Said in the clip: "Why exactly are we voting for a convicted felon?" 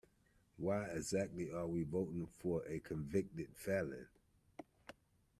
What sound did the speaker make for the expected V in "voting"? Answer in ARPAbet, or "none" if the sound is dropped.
V